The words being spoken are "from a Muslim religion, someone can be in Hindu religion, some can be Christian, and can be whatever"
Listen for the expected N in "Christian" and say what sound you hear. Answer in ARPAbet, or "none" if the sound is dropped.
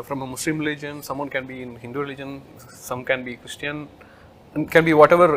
none